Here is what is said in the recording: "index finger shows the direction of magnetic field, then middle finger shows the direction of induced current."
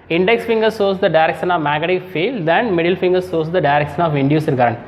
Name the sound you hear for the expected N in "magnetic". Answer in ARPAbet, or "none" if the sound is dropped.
none